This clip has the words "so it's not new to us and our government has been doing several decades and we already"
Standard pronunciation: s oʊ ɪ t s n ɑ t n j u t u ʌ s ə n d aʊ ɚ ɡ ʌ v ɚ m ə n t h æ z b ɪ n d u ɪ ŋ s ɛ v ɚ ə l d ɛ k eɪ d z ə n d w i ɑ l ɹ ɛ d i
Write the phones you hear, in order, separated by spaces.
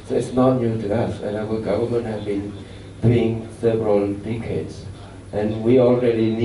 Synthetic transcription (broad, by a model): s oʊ ɪ t s n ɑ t n j u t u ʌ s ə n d aʊ ɚ ɡ ʌ v ɚ m ə n t h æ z b ɪ n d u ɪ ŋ s ɛ v ɚ ə l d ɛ k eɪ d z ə n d w i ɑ l ɹ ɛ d i